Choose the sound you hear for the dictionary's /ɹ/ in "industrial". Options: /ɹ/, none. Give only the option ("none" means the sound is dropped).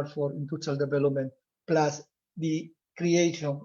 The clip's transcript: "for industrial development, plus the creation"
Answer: none